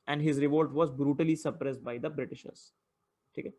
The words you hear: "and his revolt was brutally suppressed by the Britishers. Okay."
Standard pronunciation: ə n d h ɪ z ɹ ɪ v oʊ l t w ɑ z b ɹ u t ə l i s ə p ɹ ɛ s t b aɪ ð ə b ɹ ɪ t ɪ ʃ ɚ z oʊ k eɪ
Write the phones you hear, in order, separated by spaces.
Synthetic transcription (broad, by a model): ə n d h ɪ z ɹ ɪ v oʊ l t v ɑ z b ɹ u t ə l i s ə p ɹ ɛ s t b aɪ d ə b ɹ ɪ t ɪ ʃ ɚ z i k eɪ